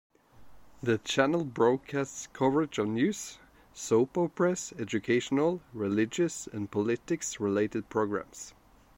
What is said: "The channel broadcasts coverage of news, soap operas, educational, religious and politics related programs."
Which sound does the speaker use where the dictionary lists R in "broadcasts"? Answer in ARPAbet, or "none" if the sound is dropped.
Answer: R